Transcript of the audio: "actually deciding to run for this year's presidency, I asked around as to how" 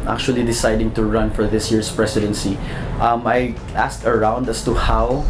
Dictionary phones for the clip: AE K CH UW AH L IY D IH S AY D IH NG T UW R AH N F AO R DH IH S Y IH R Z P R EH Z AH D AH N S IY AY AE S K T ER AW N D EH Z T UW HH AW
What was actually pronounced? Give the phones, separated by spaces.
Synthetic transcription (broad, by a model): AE K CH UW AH L IY D IH S AY D IH NG T UW R AH N F AO R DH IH S Y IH R S P R EH S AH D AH N S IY AY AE S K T ER AW N D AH S T UW HH AW